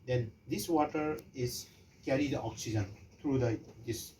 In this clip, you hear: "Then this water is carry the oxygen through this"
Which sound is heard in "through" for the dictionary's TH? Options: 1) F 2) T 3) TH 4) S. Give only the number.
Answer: 2